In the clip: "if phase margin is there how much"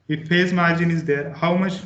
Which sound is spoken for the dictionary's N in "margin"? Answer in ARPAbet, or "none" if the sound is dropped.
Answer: N